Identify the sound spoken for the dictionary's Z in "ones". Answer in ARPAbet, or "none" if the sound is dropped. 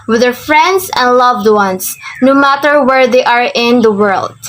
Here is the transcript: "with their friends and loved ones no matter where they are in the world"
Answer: S